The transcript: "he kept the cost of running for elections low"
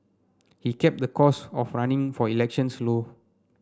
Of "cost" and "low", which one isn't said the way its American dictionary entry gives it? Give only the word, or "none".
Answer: cost